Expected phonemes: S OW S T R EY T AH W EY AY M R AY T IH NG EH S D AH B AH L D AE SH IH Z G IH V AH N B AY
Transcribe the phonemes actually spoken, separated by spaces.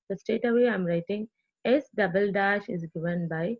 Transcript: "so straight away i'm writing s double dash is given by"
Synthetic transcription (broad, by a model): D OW S T EY T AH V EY AY M R AY T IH NG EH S D AH B AH L D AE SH IH Z G IH V AH N B AY